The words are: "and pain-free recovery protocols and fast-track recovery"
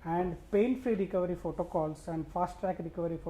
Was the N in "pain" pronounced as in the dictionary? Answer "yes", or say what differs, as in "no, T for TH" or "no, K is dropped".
no, L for N